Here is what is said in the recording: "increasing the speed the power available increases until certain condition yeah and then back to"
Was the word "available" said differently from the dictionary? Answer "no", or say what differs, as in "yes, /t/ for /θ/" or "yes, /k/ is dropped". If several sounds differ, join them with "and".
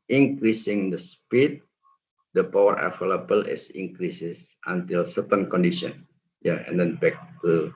yes, /f/ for /v/